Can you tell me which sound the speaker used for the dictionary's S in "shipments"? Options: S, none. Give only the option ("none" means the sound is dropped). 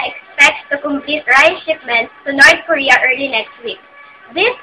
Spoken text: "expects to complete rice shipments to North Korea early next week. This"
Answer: none